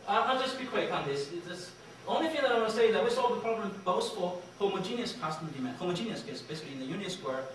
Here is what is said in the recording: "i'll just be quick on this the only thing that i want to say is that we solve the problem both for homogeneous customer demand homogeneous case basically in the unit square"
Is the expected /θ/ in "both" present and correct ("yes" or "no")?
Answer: no